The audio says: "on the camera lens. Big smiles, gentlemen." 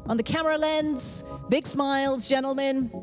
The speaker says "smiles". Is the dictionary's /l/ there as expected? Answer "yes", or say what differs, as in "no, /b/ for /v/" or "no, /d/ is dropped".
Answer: yes